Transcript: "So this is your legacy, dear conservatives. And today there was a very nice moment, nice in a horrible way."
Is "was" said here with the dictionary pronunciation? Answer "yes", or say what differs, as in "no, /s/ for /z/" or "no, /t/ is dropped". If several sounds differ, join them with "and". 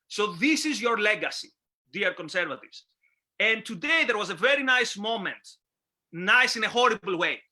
yes